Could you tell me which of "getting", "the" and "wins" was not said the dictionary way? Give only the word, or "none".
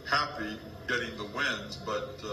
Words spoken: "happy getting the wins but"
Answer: none